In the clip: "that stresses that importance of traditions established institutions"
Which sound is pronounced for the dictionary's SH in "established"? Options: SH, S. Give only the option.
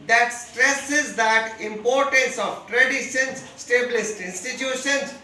S